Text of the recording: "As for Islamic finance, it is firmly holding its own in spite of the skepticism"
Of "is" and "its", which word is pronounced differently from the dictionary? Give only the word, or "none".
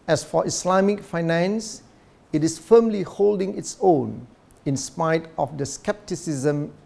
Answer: is